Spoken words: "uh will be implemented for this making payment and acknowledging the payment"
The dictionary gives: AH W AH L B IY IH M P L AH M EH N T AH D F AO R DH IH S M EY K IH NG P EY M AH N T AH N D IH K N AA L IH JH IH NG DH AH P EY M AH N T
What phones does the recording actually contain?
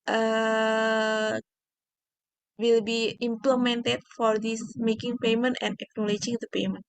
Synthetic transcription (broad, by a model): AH W AH L B IY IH M P L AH M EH N T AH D F AO R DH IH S M EY K IH NG P EY M AH N T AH N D IH K N AA L IH JH IH NG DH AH P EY M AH N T